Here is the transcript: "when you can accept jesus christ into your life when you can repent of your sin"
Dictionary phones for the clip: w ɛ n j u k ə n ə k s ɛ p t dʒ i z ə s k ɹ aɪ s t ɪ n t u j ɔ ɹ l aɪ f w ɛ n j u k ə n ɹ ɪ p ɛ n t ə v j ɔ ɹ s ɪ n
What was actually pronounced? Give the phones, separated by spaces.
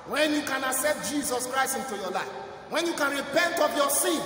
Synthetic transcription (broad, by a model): w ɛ n j u k ə n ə s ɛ t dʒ i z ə s k ɹ aɪ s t ɪ n t u j ɔ l aɪ f w ɛ n j u k ə n ɹ ɪ p ɛ n t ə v j ɔ s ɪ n